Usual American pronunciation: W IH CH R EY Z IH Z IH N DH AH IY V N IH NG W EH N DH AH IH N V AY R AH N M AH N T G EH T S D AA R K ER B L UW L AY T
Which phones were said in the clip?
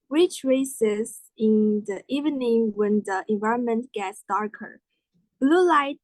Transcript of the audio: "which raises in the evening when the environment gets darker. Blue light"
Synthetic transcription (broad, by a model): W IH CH R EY S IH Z IH N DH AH IY V N IH NG W EH N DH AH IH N V AY R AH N M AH N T G EH T S D AA R K ER B L UW L AY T